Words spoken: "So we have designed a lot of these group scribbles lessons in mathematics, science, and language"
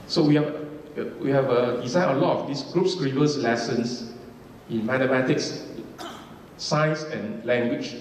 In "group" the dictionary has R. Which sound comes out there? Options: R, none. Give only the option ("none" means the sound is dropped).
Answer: R